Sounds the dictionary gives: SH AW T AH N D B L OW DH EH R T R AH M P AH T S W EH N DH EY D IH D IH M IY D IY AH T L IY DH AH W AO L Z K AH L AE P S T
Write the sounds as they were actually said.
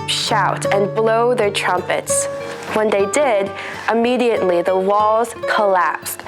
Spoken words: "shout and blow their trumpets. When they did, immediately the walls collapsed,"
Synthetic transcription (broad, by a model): SH AW T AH N B L OW DH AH R T R AH M P AH T S W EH N DH EY D IH D IH M IY D IY AH T L IY DH AH W AO L Z K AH L AE P S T